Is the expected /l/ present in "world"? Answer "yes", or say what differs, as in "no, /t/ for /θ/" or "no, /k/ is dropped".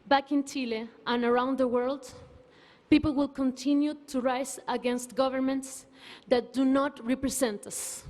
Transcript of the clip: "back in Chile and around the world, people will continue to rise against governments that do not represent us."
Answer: yes